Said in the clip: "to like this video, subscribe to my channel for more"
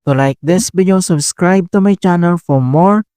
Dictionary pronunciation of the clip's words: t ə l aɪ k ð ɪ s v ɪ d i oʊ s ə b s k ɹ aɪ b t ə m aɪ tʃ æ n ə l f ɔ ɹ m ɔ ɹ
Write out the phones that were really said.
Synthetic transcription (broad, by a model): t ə l aɪ k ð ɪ s b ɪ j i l s ə b s k ɹ aɪ b t ə m aɪ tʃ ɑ n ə l f ɔ ɹ m ɔ ɹ